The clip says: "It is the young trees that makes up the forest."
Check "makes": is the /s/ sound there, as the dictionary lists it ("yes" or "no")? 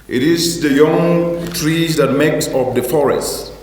yes